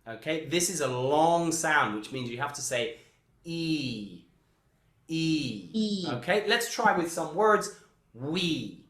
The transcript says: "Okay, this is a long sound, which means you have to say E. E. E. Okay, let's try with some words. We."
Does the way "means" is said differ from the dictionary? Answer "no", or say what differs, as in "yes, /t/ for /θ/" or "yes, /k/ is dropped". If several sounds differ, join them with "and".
no